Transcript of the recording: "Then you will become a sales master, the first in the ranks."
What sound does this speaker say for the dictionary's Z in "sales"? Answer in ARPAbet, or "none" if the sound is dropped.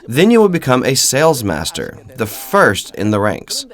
Z